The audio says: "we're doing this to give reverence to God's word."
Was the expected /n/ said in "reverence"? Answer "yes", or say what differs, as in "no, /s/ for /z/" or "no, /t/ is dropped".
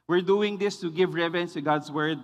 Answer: yes